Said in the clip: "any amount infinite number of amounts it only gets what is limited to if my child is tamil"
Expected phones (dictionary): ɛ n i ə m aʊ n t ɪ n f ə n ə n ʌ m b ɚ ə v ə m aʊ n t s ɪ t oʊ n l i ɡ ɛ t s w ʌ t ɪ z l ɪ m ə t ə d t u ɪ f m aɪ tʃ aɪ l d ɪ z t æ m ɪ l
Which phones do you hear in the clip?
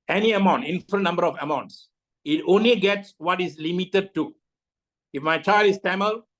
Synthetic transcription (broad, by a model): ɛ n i ə m aʊ n t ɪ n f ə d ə n ʌ m b ɚ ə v ə m aʊ n t s ɪ t oʊ n l i ɡ ɛ t s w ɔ t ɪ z l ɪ m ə t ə d t u ɪ f m aɪ tʃ aɪ l d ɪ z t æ m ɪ l